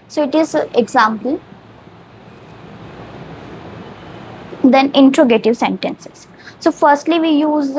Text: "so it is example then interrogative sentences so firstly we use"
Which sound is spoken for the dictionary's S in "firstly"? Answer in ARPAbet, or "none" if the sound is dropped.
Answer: S